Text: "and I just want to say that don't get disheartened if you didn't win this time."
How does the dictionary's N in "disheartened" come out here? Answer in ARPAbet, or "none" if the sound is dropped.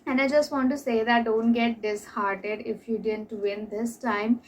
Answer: none